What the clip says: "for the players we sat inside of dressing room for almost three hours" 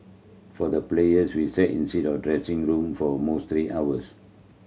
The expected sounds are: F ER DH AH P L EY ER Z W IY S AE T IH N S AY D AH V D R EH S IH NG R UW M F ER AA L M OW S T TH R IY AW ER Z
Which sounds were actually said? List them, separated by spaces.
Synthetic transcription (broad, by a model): F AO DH AH P L EY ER S W IY S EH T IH N S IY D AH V D R EH S IH NG R UW M F AA M OW S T R IY AW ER S